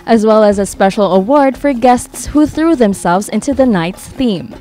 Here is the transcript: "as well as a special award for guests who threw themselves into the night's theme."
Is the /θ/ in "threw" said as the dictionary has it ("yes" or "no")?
yes